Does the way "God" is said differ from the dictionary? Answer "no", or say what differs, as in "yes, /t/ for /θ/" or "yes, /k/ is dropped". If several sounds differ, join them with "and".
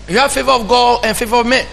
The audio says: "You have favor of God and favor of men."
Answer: yes, /d/ is dropped